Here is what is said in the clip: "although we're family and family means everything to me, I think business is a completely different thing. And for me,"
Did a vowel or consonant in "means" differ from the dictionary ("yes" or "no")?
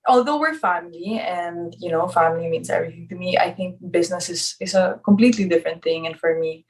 yes